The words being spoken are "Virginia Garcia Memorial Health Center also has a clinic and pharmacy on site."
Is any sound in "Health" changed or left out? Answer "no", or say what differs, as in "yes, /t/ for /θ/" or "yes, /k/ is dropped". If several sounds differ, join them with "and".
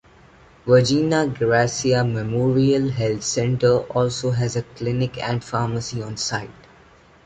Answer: yes, /t/ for /θ/